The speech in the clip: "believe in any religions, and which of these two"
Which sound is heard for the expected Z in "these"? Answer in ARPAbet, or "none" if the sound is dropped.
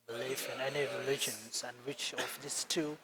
S